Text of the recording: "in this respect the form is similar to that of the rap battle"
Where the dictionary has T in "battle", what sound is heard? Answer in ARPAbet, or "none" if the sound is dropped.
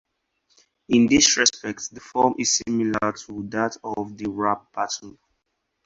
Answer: S